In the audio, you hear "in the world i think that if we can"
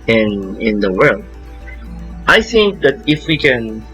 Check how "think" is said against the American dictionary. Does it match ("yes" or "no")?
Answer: yes